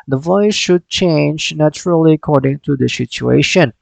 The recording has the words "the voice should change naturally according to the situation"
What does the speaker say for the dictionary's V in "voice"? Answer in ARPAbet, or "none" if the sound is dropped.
V